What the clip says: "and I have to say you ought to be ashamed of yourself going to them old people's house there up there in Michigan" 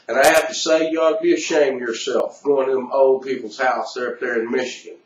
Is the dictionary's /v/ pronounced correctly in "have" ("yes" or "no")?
no